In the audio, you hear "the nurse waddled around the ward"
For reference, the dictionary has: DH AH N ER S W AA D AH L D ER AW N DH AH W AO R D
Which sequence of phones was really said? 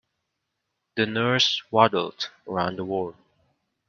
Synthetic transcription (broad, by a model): DH AH N ER S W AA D L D ER AW N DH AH W AO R